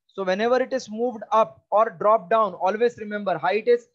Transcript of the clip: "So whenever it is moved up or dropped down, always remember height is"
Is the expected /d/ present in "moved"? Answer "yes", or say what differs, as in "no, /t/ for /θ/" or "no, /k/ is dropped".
yes